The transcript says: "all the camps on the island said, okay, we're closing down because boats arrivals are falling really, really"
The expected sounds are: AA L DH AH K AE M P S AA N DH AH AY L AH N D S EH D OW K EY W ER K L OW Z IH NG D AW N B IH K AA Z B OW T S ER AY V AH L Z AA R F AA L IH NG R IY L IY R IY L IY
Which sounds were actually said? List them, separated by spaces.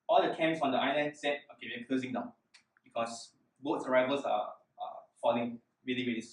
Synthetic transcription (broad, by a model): AA L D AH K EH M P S AA N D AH AY L AH N D S EH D OW K EY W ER K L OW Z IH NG D AW N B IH K AA S B OW T S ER AY V AH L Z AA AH F AA L IH NG R IY L IY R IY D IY